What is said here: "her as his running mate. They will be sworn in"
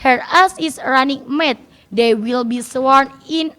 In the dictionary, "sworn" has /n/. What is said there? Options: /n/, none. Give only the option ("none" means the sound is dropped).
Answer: /n/